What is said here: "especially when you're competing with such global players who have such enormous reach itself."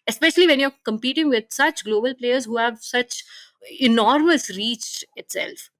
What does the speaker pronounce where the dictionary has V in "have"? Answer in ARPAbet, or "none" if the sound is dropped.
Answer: V